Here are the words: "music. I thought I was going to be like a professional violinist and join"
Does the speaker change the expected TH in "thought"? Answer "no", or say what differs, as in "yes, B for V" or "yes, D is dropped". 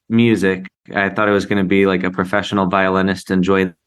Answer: no